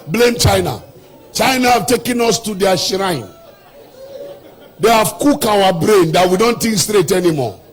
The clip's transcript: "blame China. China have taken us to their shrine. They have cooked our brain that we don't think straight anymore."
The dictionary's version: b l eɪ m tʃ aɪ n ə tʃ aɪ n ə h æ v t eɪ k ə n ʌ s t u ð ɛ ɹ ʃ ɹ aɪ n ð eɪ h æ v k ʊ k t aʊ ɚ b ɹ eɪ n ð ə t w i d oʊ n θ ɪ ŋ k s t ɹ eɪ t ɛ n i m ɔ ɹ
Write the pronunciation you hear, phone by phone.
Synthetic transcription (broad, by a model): b l eɪ m tʃ aɪ n ə tʃ aɪ n ə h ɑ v t eɪ k ə n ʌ s t u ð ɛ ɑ ʃ ɹ aɪ n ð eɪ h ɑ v k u k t aʊ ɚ b ɹ eɪ n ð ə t w i d oʊ n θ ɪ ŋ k s t ɹ eɪ t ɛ n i m ɔ